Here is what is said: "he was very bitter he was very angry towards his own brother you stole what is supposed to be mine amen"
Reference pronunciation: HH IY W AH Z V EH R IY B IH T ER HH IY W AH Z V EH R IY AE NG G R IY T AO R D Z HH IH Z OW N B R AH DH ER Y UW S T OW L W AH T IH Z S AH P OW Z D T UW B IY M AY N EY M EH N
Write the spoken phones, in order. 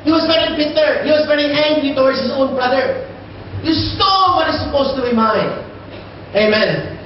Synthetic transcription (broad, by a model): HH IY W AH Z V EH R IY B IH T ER HH IY W AH Z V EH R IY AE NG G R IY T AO W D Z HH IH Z OW N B R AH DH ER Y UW S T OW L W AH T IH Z S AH P OW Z T UW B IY M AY EY M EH N